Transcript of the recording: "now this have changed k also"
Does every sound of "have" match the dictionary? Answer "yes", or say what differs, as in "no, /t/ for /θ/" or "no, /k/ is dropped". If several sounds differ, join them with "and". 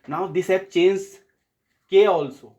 no, /p/ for /v/